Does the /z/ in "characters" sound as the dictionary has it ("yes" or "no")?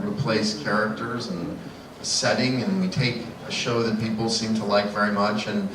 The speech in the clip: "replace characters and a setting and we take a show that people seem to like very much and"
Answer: yes